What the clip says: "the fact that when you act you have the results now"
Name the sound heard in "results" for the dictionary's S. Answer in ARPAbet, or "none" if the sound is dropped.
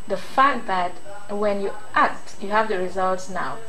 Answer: S